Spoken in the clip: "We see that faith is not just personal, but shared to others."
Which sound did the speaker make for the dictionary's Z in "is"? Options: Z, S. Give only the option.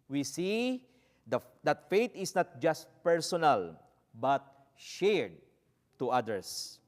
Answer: S